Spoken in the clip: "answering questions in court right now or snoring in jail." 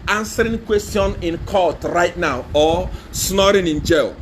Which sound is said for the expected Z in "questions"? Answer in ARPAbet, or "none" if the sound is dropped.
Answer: none